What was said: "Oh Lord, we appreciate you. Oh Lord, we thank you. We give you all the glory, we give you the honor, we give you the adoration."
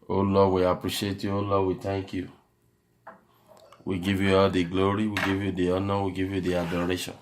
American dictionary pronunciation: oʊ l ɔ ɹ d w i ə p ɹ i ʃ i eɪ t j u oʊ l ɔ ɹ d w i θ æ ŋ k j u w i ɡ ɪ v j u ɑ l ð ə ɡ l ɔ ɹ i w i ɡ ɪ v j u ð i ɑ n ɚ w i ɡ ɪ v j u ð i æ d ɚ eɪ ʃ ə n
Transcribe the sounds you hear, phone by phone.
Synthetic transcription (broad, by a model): oʊ l ɔ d w i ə p ɹ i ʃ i eɪ t j u oʊ l ɔ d w i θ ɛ ŋ k j u w i ɡ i v j u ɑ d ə ɡ l ɔ ɹ i w i ɡ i v j u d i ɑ n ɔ w i ɡ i v j u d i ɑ d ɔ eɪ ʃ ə n